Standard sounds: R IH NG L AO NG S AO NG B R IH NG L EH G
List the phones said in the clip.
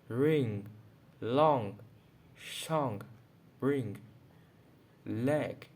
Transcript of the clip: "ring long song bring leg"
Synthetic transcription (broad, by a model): R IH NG L AO NG SH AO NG B R IH NG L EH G